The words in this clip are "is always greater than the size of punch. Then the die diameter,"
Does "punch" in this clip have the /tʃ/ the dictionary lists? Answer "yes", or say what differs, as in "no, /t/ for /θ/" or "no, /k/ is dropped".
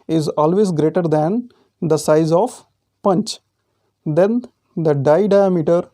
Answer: yes